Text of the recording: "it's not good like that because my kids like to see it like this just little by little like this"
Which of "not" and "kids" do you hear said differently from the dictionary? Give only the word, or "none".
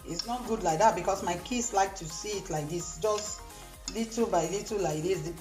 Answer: kids